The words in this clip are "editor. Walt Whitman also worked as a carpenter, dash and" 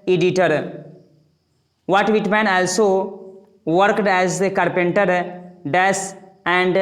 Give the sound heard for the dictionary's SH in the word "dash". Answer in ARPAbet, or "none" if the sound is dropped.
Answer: S